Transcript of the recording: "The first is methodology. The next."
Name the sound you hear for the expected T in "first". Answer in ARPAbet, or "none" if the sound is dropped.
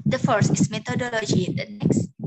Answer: none